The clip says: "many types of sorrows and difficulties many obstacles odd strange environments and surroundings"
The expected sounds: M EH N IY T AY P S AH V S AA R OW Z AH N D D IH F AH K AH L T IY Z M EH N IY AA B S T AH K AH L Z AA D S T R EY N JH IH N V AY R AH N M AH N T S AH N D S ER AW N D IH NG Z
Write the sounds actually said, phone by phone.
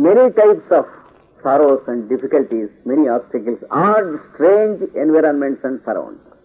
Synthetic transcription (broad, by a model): M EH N IY T AY P S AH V S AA R OW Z AH N D D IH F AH K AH L T IY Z M EH N IY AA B S T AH K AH L S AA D S T R EY N JH IH N V AY R AH N M AH N T S AH N D S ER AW N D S